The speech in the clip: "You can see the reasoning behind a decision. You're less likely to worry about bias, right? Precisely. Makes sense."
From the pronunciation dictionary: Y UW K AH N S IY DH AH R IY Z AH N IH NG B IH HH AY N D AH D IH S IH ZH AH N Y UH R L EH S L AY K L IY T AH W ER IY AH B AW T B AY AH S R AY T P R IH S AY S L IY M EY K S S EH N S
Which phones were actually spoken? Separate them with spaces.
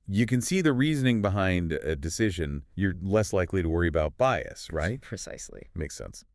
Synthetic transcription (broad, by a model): Y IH K AH N S IY DH AH R IY Z AH N IH NG B IH HH AY N D AH D IH S IH ZH AH N Y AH R L EH S L AY K L IY T AH W ER IY AH B AW T B AY AH S R AY T P R IH S AY S L IY M EY K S S EH N S